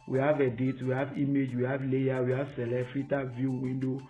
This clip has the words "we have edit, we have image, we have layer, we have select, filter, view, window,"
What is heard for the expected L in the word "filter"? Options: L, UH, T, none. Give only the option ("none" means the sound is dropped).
none